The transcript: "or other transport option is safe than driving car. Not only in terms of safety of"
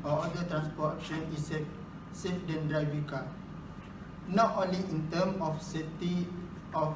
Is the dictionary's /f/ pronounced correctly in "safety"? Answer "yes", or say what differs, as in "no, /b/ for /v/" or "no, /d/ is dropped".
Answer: no, /f/ is dropped